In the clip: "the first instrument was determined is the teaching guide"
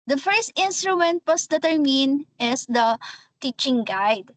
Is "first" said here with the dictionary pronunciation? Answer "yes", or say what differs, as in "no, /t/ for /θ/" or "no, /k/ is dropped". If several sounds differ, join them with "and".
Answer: yes